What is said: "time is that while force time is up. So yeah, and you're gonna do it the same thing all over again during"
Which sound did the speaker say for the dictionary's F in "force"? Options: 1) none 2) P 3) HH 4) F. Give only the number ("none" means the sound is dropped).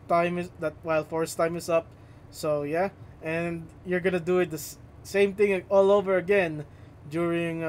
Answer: 4